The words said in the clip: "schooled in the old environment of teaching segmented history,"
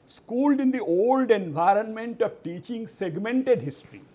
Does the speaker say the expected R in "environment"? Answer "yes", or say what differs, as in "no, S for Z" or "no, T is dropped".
yes